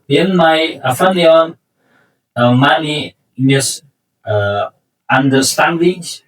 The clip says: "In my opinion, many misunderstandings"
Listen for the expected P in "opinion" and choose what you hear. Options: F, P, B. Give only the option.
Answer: F